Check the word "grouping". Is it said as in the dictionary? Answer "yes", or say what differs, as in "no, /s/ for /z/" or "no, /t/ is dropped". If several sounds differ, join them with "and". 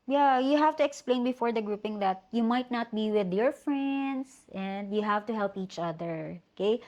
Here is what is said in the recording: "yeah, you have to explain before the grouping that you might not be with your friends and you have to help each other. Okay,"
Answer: yes